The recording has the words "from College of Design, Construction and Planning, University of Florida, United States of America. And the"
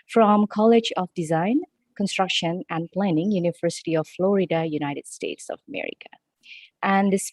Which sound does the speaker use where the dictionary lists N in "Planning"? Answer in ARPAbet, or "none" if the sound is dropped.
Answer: N